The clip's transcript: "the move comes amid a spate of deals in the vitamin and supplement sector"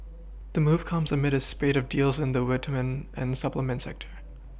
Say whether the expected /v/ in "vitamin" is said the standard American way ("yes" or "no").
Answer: no